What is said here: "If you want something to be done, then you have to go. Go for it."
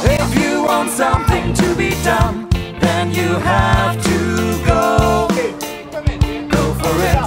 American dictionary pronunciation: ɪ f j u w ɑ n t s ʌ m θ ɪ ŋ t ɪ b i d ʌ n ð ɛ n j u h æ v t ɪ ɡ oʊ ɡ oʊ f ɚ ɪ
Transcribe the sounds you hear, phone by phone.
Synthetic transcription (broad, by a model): ɪ f j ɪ w ɑ n t s ʌ m θ ɪ ŋ t ɪ b i d ʌ n ð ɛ n j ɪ h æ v t ɪ ɡ oʊ ɡ oʊ f ɚ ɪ